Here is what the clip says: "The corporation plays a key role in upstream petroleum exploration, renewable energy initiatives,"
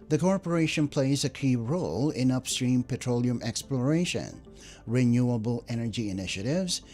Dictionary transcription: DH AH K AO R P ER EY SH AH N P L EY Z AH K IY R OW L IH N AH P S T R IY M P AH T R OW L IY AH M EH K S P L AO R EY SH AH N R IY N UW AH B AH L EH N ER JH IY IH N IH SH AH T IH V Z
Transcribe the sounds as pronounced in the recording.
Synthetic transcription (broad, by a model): DH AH K AO R P ER EY SH AH N P L EY Z AH K IY R OW L IH N AH P S T R IY M P AH T R OW L IY AH M EH K S P L AO R EY SH AH N R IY N UW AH B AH L EH N ER JH IY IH N IH SH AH T IH V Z